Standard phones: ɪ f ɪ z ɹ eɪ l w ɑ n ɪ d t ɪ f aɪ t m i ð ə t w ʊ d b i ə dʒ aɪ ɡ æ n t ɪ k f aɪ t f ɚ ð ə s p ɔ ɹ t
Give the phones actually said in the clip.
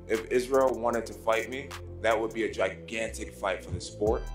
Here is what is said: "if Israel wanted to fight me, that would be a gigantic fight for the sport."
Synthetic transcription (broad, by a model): ɪ f ɪ z ɹ eɪ l w ɑ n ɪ d t ɪ f aɪ t m i ð ə t w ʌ d b i ə dʒ aɪ ɡ æ n t ɪ k f aɪ t f ɚ ð ə s p ɔ ɹ t